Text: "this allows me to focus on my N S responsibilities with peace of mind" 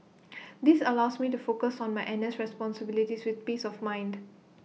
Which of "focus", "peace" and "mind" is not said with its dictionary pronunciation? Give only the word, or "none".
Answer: none